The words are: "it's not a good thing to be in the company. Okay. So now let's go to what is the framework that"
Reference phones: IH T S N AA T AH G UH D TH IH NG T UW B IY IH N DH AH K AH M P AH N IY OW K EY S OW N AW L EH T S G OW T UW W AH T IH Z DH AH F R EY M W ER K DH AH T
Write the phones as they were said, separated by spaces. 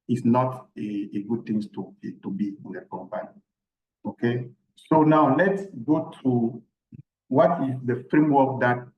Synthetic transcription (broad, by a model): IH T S N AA T AH G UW D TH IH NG T UW B IY IH N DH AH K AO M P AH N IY OW K EY S OW N AW L EH T S G OW T UW W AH T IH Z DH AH F R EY M W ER K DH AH T